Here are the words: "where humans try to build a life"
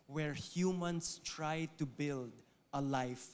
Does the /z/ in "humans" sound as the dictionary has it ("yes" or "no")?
no